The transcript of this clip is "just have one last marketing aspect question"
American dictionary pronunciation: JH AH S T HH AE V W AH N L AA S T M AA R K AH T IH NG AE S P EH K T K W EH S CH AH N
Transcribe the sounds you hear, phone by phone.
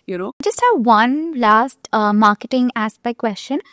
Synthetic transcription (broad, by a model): JH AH S T HH AE V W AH N L AA S T M AA R K AH T IH NG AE S B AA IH K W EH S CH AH N